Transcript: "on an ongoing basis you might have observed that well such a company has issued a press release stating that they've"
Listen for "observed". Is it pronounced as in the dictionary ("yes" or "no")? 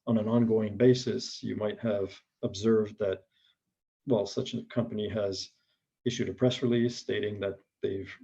yes